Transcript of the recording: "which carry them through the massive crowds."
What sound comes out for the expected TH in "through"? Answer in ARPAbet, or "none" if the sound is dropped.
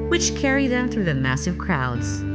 TH